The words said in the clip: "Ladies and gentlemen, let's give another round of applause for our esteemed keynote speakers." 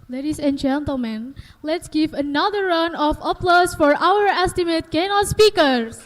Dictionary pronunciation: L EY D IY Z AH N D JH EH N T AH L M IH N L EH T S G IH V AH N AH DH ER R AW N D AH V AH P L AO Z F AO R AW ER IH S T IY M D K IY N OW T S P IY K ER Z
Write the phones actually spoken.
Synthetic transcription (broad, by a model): L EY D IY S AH N JH EH N T AH L M IH N L EH T S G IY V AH N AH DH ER R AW N AH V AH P L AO S F AO R AW ER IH S T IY M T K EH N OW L S P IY K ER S